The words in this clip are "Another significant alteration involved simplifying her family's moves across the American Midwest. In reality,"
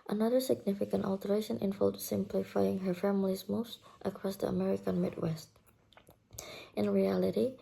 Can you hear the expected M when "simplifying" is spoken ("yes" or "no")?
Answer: yes